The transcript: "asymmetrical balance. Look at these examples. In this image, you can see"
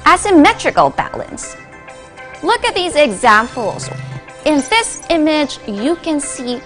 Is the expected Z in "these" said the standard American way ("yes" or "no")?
yes